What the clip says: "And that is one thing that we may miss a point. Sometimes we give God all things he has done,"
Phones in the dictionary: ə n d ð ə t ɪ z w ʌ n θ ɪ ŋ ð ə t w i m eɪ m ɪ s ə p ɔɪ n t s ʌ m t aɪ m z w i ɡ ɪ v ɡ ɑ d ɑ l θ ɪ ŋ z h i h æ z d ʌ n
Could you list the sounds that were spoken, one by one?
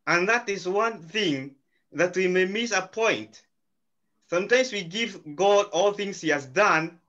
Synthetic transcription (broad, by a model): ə n ð ə t ɪ z w ʌ n θ ɪ ŋ ð ə t w i m eɪ m ɪ s ə p ɔɪ n t s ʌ m t aɪ m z w i ɡ ɪ v ɡ ɑ d ɑ l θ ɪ ŋ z h i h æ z d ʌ n